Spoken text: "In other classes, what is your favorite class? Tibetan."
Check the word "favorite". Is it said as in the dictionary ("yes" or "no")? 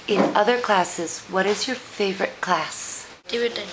yes